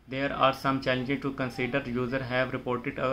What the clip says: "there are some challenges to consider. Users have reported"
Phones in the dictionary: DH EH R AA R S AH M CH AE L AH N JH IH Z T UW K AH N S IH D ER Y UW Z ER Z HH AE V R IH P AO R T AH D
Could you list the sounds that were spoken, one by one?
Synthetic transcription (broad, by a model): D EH R AA R S AH M CH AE L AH N JH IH T UW K AH N S IH D ER Y UW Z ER HH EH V R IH P AO R T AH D